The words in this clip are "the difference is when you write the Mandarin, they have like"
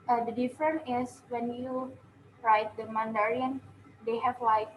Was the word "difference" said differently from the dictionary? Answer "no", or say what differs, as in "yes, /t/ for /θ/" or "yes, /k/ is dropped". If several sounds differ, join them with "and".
yes, /s/ is dropped